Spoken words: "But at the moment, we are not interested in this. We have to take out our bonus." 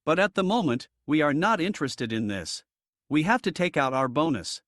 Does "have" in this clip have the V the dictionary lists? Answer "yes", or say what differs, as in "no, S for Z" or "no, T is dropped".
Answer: no, F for V